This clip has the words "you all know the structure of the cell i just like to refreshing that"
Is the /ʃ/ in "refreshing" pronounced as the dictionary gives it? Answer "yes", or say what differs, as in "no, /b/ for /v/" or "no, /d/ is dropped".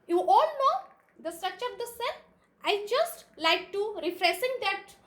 no, /s/ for /ʃ/